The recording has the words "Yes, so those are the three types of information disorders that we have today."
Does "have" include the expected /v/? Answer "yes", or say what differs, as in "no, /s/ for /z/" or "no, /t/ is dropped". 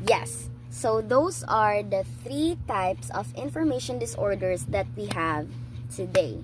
yes